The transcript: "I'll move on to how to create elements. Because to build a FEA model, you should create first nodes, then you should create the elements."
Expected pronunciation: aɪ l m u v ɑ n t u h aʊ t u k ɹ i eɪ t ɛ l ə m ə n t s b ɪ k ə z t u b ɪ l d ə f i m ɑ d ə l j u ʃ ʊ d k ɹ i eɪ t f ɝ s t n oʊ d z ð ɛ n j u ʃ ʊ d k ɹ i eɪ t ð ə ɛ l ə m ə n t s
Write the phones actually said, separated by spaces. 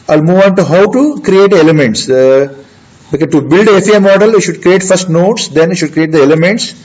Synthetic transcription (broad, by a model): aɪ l m u v ɑ n t u h aʊ t u k ɹ i eɪ t ɛ l ə m ə n t s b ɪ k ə t u b ɪ l d ə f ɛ m ɑ d ə l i ʃ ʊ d k ɹ i eɪ t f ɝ s t n oʊ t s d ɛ n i ʃ ʊ d k ɹ i eɪ t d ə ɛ l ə m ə n t s